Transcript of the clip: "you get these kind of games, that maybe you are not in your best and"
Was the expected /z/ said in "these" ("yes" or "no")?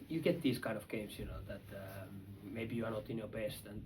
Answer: no